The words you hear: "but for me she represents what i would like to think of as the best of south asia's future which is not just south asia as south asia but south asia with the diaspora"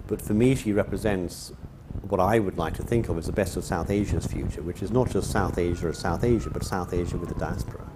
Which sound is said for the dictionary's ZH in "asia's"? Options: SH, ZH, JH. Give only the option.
ZH